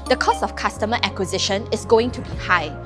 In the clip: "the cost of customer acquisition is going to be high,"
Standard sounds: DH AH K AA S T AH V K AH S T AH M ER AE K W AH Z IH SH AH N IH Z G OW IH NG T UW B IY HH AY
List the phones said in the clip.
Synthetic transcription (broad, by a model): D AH K AA S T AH F K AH S T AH M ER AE K W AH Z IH SH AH N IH S G OW IH NG T UW B IY HH AY